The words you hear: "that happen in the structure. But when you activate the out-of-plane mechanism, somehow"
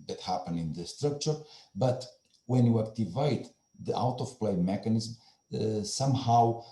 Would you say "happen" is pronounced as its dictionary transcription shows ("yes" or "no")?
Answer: yes